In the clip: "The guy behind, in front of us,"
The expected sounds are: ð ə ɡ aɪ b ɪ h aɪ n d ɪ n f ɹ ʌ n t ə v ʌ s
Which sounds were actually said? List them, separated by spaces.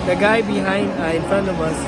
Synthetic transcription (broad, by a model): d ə ɡ aɪ b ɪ h aɪ n d ɪ n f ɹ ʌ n ə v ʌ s